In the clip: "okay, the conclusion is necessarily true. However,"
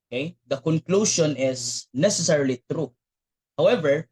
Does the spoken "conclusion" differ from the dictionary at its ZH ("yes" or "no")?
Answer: yes